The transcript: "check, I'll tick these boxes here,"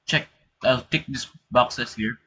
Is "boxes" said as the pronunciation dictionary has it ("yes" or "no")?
no